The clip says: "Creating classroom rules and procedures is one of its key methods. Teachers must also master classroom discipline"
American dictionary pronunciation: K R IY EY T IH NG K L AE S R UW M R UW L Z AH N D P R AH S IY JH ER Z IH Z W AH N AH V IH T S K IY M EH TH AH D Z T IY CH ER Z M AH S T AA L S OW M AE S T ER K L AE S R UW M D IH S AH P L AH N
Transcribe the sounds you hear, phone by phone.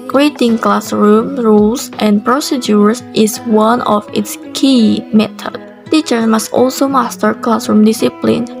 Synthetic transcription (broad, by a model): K R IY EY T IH NG K L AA S R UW M R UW L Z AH N P R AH S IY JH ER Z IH S W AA N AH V IH T S K IY M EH T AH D T IY CH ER S M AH S T AA L S OW M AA S T ER K L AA S R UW M D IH S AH P L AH N